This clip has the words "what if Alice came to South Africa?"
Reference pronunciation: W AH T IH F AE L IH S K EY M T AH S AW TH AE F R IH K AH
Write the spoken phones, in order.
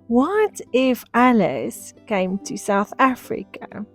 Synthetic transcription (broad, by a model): W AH T IH F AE L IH S K EY M T AH S AW TH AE F R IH K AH